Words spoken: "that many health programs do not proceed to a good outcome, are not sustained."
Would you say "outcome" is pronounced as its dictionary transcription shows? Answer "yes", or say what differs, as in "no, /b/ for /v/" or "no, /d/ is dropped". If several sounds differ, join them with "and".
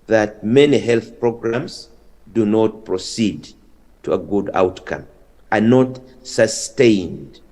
yes